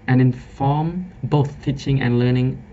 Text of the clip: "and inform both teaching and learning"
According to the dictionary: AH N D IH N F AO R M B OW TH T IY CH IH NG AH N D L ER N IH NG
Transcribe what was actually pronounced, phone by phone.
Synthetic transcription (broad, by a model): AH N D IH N F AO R M B OW TH T IY CH IH NG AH N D L ER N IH NG